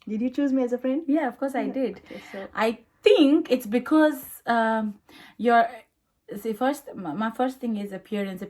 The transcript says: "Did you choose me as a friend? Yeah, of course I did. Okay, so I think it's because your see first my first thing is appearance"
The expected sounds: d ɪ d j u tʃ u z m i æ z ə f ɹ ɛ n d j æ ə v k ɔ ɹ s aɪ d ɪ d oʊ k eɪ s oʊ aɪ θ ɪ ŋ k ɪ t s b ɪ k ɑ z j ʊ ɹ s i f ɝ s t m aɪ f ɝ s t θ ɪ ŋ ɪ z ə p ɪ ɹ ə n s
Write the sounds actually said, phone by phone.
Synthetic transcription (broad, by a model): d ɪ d j u tʃ u z m i æ z ə f ɹ ɛ n d j æ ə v k ɔ ɹ s aɪ d ɪ d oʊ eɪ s aɪ t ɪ ŋ k ɪ t s b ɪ k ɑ z j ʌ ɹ s i f ɝ s t m aɪ f ɝ s t t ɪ ŋ ɪ z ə p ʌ ɹ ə n s